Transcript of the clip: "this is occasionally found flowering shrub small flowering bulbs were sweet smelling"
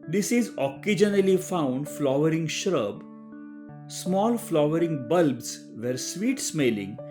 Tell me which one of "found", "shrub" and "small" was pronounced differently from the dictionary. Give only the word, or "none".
none